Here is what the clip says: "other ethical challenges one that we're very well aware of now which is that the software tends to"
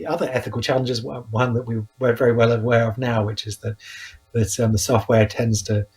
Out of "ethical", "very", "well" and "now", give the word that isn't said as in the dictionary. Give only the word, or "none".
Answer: none